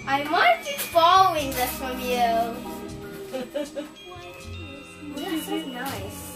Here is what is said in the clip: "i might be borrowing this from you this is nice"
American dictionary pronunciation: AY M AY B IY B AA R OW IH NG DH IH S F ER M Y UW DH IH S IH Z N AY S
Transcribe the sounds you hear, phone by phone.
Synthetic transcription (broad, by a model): AY M AY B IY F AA L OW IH NG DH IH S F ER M Y UW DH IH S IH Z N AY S